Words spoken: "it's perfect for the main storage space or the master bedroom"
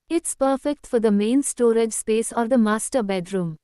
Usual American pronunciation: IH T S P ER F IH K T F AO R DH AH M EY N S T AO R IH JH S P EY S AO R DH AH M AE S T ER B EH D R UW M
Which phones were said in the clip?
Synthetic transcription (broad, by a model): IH T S P ER F IH K T F AO R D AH M EY N S T AO R IH JH S P EY S AO R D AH M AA S T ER B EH D R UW M